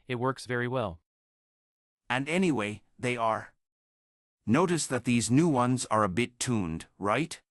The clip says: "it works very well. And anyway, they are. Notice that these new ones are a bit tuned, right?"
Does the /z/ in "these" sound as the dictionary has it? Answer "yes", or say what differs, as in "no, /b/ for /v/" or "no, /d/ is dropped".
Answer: yes